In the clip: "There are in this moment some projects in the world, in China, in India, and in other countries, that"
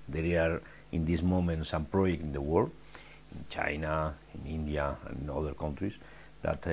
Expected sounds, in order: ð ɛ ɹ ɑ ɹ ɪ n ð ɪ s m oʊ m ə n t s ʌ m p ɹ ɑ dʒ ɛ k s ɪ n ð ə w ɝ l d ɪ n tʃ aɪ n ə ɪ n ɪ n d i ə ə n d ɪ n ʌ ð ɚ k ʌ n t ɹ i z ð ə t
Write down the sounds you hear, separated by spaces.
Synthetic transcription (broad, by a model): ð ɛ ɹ ɑ ɹ ɪ n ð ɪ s m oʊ m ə n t s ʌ m p ɹ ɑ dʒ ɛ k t ɪ n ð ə w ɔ d ɪ n tʃ aɪ n ə ɪ n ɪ n d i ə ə n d ɪ n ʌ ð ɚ k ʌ n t ɹ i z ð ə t